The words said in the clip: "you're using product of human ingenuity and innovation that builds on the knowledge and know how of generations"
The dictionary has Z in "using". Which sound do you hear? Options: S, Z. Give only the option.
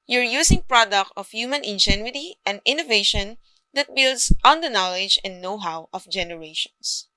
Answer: S